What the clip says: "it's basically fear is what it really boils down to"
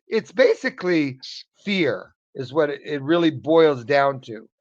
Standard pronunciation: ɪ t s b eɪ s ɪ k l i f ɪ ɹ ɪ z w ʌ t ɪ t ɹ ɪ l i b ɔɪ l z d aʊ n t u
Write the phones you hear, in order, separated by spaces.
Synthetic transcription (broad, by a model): ɪ t s b eɪ s ɪ k l i f ɪ ɹ ɪ z w ʌ t ɪ t ɹ ɪ l i b ɔɪ l z d aʊ n t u